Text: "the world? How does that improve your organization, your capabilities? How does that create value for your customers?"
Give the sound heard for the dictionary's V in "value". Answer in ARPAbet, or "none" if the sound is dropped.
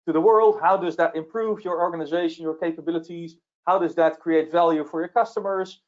V